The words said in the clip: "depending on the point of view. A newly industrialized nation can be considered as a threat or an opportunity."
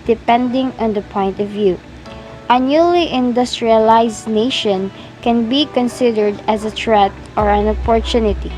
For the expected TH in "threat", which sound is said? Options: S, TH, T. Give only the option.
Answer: T